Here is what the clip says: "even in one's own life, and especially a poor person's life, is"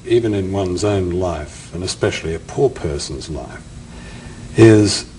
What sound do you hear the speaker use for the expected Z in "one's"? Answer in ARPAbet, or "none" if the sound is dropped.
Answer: Z